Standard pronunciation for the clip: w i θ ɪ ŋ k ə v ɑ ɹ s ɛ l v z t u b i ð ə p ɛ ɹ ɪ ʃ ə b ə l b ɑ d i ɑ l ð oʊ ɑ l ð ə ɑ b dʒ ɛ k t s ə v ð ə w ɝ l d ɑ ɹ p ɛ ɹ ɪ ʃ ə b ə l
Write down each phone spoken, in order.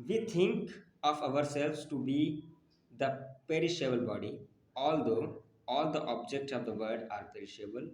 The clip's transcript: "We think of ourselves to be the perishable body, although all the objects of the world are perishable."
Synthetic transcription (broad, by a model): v i t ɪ ŋ k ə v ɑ ɹ s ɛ l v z t u b i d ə p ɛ ɹ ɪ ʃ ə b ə l b ɑ d i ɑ l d oʊ ɑ l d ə ɑ b dʒ ɛ k t s ə v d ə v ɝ d ɑ ɹ p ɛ ɹ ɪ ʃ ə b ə l